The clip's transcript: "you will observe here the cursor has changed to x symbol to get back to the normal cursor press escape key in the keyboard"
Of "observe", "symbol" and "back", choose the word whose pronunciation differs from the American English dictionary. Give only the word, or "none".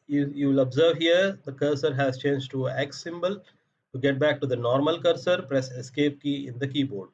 none